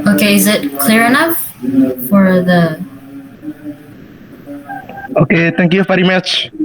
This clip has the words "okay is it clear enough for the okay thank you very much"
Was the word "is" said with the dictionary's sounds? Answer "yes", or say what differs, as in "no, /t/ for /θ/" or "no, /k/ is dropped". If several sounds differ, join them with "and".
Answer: yes